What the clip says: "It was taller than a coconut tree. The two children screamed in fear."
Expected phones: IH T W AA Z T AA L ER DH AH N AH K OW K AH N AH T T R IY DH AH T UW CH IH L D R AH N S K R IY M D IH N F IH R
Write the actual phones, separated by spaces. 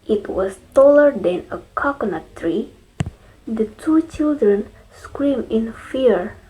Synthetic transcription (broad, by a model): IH T W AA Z T AA L ER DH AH N AH K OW K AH N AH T T R IY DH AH T UW CH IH L D R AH N S K R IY M IH N F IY R